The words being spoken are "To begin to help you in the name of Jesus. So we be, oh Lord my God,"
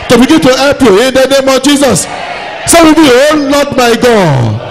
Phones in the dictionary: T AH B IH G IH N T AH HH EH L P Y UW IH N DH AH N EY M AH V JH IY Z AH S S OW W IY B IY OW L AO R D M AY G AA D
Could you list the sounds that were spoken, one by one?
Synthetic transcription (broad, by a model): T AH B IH G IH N T AH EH P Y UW IH N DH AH N EY M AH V JH IY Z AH S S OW W IY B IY OW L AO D M AY G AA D